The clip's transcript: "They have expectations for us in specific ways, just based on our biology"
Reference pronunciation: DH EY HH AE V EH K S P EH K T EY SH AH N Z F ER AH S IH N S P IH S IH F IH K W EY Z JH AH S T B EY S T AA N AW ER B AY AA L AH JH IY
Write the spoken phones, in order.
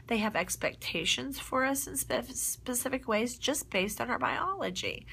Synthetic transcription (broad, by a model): DH EY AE V EH K S P EH K T EY SH AH N Z F ER AH S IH N S P IH S IH F IH K W EY Z JH AH S B EY S T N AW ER B AY AA L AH JH IY